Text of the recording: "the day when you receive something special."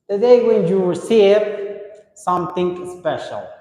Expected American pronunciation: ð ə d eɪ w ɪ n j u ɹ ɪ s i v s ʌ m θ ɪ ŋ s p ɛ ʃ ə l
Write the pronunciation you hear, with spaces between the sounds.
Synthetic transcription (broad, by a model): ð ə d eɪ w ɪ n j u w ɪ s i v s ʌ m θ ɪ ŋ s p ɛ ʃ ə l